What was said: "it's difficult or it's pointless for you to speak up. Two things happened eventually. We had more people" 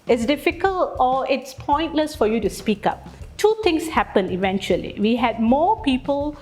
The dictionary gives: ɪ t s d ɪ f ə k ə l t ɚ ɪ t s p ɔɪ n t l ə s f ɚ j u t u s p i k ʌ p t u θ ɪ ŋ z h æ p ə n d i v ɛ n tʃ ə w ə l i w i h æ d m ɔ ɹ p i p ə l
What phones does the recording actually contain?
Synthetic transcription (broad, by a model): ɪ t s d ɪ f ə k ə l t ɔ ɪ t s p ɔɪ n t l ə s f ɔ j u t u s p i k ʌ p t u t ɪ ŋ s h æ p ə n i v ɛ n tʃ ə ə l i w i h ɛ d m ɔ p i p ə l